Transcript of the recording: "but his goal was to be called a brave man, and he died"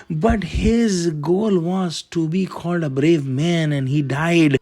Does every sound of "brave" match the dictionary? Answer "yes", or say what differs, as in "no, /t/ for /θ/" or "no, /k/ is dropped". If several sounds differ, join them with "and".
yes